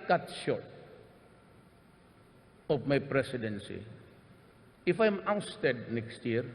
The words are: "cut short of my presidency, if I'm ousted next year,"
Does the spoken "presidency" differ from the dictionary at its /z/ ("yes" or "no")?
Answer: yes